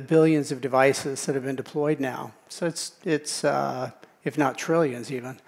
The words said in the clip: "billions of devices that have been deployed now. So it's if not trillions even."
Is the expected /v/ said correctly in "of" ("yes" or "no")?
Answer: yes